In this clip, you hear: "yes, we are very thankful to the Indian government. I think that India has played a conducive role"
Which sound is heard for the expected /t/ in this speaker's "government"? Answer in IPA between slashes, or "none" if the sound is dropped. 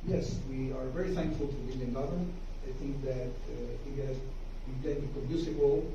none